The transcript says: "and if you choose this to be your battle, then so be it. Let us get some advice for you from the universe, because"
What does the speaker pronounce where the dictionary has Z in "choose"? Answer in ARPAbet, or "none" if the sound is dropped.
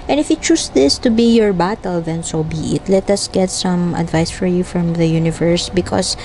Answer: S